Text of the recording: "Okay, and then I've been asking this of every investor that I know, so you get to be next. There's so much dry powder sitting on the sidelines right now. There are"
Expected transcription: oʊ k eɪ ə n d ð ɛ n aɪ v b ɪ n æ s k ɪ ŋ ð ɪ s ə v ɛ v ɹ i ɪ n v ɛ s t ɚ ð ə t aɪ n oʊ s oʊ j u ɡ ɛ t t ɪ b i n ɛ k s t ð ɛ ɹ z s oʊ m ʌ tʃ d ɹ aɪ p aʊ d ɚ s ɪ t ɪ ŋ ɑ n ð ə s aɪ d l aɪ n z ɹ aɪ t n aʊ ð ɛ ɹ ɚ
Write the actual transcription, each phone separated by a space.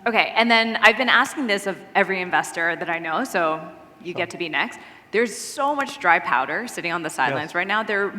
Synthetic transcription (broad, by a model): oʊ k eɪ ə n ð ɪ n aɪ v b ɪ n æ s k ɪ ŋ ð ɪ s ə v ɛ v ɹ i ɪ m v ɛ s t ɚ ð ə t aɪ n oʊ s oʊ j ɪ ɡ ɛ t t ɪ b i n ɛ k s t ð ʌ ɹ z s oʊ m ʌ tʃ d ɹ aɪ p aʊ d ɚ s ɪ t ɪ ŋ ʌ n ð ə s aɪ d l aɪ n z ɹ aɪ t n aʊ ð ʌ ɹ